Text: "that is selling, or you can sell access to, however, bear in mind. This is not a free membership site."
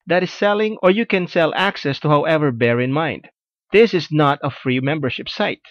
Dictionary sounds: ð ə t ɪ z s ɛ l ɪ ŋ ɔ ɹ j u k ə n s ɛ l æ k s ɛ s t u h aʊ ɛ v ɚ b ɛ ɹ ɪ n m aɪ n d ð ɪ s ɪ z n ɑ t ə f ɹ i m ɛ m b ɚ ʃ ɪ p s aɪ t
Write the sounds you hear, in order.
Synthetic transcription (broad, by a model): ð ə t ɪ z s ɛ l ɪ ŋ ɔ ɹ j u k ə n s ɛ l æ k s ɛ s t u h aʊ ɛ v ɚ b ɛ ɹ ɪ n m aɪ n d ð ɪ s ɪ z n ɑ t ə f ɹ i m ɛ m b ɚ ʃ ɪ p s aɪ t